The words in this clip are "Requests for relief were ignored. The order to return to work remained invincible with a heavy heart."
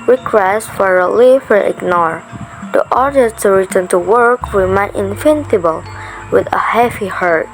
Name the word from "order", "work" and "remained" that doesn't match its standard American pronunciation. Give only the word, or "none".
remained